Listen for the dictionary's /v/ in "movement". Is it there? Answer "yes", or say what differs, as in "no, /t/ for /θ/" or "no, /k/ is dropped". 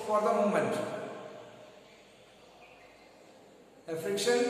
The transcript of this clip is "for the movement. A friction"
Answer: no, /v/ is dropped